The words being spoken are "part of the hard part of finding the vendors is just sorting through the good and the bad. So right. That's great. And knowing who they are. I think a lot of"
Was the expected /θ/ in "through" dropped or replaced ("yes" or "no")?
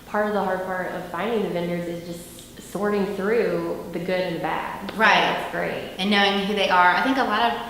no